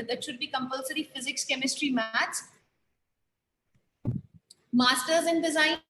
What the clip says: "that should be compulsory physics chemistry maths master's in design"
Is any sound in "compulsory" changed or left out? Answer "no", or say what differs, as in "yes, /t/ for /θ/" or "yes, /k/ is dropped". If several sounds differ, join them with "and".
no